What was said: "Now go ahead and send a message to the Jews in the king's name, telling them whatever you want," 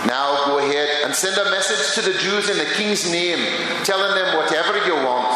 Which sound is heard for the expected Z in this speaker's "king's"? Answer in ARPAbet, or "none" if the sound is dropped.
Z